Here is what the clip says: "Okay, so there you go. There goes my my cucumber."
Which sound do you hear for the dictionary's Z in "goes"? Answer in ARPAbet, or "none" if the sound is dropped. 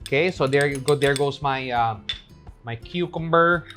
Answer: S